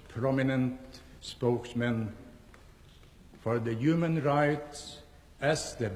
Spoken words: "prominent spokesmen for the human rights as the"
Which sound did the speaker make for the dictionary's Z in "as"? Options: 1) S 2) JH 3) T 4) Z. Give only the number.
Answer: 1